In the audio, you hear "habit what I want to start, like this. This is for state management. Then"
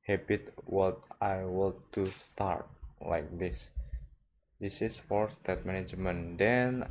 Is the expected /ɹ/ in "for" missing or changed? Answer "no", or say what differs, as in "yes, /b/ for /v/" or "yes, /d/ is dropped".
no